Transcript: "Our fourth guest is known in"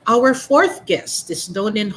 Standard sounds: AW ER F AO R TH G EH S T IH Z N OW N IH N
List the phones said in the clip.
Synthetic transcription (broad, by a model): AW ER F AO R TH G EH S T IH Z N OW N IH N